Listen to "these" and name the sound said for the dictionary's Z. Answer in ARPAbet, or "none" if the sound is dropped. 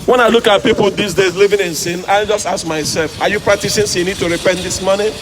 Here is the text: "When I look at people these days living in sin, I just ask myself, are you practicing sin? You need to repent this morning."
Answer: S